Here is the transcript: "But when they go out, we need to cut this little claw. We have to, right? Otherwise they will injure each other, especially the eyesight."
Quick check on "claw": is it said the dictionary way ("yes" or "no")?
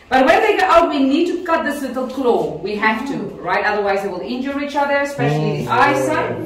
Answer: yes